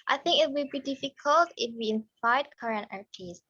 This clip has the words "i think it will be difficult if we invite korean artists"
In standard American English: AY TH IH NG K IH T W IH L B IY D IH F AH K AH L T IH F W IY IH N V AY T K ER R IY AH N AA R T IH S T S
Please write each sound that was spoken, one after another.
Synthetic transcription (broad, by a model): AY TH IH NG K IH T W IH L B IY D IH F AH K AH L T IH F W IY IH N F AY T K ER R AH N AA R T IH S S